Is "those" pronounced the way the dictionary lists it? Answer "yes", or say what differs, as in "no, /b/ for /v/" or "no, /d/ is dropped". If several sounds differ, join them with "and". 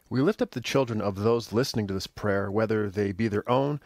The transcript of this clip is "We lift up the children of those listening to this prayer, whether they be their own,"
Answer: yes